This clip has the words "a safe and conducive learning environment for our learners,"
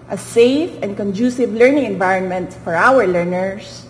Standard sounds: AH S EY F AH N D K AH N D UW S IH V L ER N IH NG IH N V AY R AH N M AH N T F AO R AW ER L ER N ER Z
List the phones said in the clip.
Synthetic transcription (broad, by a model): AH S EY F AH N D K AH N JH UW S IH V L ER N IH NG IH N V AY R AH N M AH N T F AO R AW ER L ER N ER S